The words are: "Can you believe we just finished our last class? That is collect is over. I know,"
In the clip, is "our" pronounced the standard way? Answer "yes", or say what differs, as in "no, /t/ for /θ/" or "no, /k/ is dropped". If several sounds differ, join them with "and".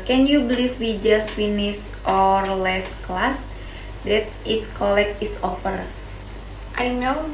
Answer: yes